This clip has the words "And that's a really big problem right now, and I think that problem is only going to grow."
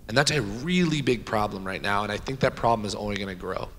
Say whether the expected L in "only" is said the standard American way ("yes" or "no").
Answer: no